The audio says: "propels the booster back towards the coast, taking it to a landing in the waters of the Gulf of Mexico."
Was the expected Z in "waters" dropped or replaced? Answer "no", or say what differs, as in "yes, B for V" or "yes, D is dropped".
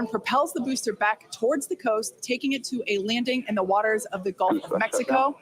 no